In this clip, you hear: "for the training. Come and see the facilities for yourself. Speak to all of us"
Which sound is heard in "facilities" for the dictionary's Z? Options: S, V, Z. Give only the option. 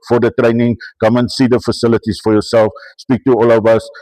S